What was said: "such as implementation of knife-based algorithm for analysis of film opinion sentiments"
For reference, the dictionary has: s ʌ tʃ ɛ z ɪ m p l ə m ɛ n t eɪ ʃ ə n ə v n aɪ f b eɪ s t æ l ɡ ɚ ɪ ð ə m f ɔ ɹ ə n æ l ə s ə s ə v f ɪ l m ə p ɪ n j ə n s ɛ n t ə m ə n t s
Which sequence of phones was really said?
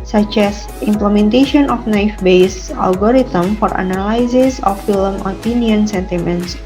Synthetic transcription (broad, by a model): s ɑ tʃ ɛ s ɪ m p l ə m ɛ n t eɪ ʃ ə n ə f n aɪ f b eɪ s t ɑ l ɡ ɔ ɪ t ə m f ɔ ɹ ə n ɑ l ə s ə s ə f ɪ l m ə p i n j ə n s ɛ n t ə m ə n t s